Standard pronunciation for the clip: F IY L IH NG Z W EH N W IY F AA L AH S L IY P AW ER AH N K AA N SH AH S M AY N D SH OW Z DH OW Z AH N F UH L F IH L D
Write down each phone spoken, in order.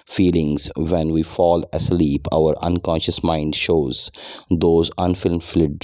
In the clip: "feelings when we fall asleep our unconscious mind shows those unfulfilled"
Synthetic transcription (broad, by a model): F IY L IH NG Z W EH N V IY F AA L AH S L IY P AW ER AH N K AA N SH AH S M AY N D SH OW Z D OW Z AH N F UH L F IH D